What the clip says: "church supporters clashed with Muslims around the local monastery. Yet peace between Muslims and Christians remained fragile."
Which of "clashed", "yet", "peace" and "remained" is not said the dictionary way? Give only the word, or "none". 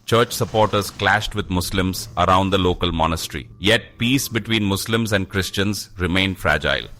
none